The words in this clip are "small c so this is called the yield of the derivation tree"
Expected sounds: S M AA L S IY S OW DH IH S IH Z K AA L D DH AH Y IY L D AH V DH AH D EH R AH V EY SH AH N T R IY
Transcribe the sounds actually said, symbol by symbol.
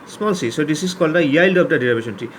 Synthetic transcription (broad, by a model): S M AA L S IY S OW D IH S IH S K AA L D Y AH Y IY L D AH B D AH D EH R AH B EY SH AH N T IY